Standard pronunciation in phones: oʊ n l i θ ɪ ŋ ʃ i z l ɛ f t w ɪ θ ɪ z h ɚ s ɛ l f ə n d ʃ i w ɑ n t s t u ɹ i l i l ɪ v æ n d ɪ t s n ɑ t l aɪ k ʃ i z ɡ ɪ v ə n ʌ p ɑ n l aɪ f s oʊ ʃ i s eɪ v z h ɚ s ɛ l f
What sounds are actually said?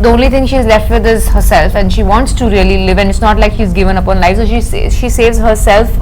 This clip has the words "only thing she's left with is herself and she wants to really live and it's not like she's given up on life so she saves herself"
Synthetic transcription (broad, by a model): oʊ n l i t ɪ ŋ ʃ i z l ɛ f t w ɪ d ɪ z h ɚ s ɛ l f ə n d ʃ i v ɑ n t s t u ɹ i l i l ɪ v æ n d ɪ t s n ɑ t l aɪ k ʃ i z ɡ ɪ v ə n ʌ p ɑ n l aɪ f s oʊ ʃ i s eɪ v z h ɚ s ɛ l f